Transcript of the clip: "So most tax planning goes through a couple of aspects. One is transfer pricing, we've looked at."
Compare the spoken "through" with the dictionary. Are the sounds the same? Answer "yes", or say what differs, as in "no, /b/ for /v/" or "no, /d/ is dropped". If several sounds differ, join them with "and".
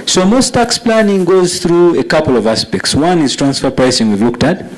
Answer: yes